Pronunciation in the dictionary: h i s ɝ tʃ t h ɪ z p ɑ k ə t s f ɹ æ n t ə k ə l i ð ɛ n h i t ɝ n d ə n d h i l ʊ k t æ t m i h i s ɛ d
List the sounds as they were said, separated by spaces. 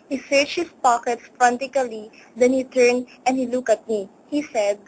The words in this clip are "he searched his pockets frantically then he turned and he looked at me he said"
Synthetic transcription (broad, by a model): h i s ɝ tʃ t h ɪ s p ɑ k ə t s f ɹ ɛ n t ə k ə l i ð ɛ n h i t ɝ n d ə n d h i l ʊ k ʌ t m i h i s ɛ d